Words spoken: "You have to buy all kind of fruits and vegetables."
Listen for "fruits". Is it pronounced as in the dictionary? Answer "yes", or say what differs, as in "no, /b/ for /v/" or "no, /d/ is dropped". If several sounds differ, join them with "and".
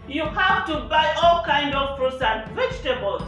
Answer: no, /p/ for /f/